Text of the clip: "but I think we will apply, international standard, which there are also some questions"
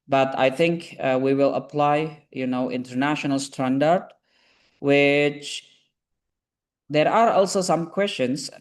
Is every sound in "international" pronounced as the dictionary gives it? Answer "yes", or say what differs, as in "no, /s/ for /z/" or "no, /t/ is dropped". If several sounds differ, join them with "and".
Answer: yes